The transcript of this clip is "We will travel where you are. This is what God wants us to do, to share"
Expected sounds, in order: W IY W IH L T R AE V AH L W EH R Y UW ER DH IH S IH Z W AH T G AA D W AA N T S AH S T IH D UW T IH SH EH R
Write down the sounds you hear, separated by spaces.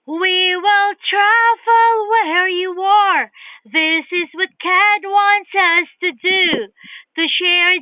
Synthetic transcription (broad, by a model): W IY W IH L T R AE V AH L W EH R Y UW ER DH IH S IH Z W AH T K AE D W AA N T S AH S T IH D UW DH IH SH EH R